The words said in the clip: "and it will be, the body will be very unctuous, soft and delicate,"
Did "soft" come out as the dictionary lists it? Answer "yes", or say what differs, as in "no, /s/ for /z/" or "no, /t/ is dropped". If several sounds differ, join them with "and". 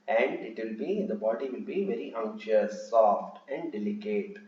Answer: yes